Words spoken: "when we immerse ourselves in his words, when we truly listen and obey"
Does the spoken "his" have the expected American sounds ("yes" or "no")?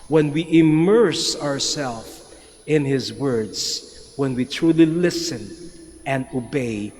yes